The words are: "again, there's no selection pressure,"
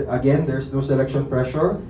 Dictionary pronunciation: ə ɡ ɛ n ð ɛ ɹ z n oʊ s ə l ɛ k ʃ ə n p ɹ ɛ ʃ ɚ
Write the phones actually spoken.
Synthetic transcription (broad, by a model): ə ɡ ɛ n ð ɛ ɹ s n oʊ s ə l ɛ k ʃ ə n p ɹ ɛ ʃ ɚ